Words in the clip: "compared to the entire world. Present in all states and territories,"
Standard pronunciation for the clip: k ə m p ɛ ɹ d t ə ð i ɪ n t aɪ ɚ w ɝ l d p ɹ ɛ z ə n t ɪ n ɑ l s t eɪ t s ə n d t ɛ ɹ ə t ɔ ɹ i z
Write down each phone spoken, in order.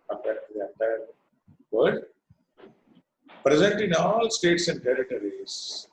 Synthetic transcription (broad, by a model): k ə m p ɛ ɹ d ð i ɪ n t aɪ ɚ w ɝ d p ɹ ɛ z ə n t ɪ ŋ ɑ l s t eɪ t s ə n d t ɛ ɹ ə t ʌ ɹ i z